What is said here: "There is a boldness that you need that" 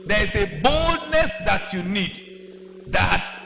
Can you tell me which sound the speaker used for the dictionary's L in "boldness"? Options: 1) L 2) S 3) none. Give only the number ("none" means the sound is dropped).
1